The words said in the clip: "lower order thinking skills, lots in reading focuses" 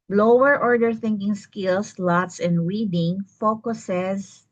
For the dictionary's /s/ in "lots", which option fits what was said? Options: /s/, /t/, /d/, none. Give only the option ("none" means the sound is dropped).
/s/